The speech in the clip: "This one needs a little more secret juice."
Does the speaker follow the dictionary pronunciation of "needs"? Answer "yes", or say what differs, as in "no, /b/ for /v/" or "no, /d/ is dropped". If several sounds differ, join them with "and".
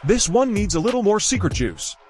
yes